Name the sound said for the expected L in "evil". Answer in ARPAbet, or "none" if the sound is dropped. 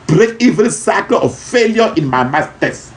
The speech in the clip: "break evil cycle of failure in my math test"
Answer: N